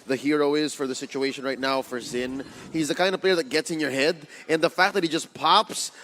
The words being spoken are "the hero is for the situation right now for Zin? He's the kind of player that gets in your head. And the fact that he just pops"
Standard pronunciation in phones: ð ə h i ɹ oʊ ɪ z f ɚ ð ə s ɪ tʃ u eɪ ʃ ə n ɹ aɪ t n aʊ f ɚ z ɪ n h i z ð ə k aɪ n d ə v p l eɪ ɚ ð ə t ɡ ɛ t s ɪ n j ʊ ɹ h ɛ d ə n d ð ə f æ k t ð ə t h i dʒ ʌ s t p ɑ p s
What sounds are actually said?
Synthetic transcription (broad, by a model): ð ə h i ɹ oʊ ɪ z f ɚ ð ə s ɪ tʃ u eɪ ʃ ə n ɹ aɪ t n aʊ f ɚ z ɪ n h i z ð ə k aɪ n d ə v p l eɪ ɚ ð ə t ɡ ɛ t s ɪ n j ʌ ɹ h ɛ d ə n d ð ə f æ k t ð ə t h i dʒ ʌ s p ɑ p s